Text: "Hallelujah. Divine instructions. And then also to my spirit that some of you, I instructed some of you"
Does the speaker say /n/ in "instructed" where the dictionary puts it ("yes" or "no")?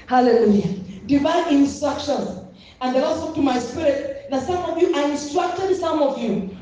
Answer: yes